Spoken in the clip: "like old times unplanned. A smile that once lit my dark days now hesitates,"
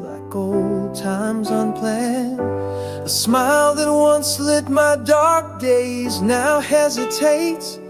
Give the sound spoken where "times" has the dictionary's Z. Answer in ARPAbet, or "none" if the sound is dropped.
Z